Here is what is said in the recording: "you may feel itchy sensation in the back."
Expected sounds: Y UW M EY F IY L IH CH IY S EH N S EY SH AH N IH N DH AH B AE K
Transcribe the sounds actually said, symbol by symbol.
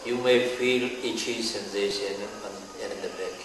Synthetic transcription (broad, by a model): Y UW M EY F IY L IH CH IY S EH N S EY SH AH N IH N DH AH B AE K